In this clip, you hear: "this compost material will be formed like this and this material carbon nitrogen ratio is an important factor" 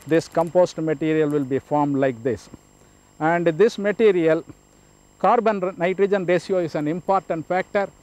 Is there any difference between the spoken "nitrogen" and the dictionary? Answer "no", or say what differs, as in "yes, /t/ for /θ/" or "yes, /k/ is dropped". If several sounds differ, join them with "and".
no